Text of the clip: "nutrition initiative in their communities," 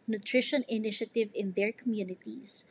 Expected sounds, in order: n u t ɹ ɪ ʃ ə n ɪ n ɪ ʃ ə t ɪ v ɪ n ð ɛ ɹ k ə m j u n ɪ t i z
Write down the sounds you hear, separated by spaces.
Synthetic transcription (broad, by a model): n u t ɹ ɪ ʃ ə n ɪ n ɪ ʃ ə t ɪ v ɪ n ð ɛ ɹ k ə m j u n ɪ t i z